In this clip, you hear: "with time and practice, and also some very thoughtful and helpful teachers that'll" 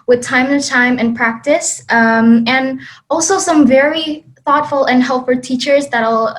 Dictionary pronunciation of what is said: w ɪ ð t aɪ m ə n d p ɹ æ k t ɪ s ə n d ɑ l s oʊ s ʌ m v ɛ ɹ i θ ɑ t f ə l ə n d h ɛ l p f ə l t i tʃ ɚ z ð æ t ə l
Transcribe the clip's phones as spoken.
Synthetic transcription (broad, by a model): w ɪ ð t aɪ m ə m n p ɹ æ k t ɪ s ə n ɑ l s oʊ s ʌ m v ɛ ɹ i θ ɑ t f l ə n h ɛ l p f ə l t i tʃ ɚ z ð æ t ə l